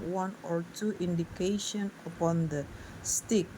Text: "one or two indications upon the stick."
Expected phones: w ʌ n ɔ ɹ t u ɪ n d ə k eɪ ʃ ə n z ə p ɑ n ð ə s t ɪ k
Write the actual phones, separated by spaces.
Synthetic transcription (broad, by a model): w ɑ n ɔ ɹ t u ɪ n d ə k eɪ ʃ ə n ə p ɑ n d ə s t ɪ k